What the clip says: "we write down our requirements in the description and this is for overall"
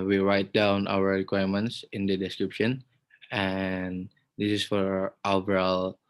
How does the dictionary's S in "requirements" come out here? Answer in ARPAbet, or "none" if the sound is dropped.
S